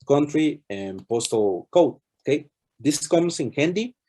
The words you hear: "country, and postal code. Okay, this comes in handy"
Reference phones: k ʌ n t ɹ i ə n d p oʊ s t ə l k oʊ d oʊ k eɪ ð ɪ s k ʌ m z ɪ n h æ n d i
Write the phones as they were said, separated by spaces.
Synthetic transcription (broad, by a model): k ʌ n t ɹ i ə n p oʊ s t ə l k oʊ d oʊ k eɪ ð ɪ s k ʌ m s ɪ n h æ n d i